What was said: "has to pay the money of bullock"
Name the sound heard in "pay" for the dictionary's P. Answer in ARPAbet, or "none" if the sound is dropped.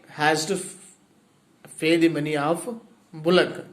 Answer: F